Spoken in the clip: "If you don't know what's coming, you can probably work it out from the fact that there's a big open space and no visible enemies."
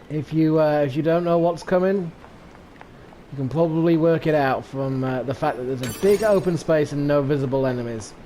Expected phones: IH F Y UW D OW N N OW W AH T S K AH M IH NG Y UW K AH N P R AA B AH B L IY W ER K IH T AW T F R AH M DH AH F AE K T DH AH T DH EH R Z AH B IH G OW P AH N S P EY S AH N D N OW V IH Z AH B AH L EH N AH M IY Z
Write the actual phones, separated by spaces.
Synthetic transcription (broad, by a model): IH F Y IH D OW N N OW W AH T S K AH M IH NG Y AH K AH N P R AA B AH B L IY W ER K IH T AW T F R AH M DH AH F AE K DH AH T DH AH R Z AH B IH G OW P AH N S P EY S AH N N OW V IH Z AH B AH L EH N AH M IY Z